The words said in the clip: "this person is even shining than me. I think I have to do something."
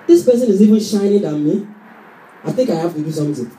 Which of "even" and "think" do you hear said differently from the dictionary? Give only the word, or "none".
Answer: none